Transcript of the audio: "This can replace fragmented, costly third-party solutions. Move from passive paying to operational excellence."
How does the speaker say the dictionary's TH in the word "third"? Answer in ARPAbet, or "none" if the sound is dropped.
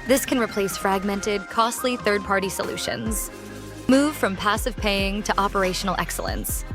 TH